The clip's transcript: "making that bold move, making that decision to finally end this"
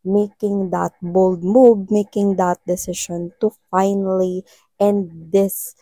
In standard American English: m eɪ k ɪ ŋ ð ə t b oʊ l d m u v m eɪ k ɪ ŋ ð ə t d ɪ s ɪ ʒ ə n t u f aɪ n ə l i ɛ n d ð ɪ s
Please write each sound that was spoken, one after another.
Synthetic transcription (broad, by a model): m eɪ k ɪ ŋ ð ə t b oʊ l d m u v m eɪ k ɪ ŋ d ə t d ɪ s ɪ ʃ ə n t u f aɪ n ə l i ɛ n d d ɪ s